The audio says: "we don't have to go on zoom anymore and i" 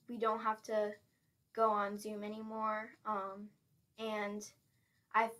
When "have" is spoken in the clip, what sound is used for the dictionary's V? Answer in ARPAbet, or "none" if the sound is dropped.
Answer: F